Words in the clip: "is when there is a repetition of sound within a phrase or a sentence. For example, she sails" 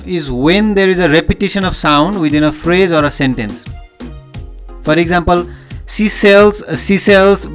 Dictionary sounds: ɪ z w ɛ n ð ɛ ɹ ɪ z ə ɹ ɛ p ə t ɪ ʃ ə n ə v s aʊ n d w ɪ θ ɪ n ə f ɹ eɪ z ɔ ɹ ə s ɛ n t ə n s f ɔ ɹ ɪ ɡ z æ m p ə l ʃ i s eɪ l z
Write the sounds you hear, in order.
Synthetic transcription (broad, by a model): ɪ z w ɛ n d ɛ ɹ ɪ z ə ɹ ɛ p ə t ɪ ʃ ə n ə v s aʊ n d w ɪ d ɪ n ə f ɹ eɪ z ɔ ɹ ə s ɛ n t ə n s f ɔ ɹ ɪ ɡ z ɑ m p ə l s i s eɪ l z